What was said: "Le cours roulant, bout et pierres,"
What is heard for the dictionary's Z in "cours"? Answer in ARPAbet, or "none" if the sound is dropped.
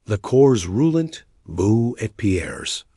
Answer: Z